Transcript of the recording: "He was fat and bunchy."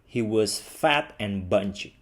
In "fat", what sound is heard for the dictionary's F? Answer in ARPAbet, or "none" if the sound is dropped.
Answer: F